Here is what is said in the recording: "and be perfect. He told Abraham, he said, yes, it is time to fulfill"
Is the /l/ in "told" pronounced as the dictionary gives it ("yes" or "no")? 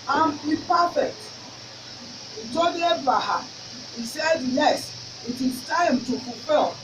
no